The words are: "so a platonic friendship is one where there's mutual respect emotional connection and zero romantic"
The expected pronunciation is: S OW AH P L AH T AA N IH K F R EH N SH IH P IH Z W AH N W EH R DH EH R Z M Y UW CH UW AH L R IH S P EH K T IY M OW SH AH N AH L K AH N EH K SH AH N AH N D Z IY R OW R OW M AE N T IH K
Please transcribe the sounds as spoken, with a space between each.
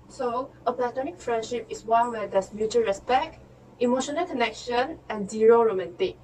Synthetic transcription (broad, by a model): S OW AH P L AH T AA N IH K F R EH N SH IH P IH S W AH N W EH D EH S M Y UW CH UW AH R IH S P EH K T IY M OW SH AH N AH L K AH N EH K SH AH N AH N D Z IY R OW R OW M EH N T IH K